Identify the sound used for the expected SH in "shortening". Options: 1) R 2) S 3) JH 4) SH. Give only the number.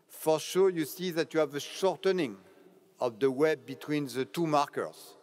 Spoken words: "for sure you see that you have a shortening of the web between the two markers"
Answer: 4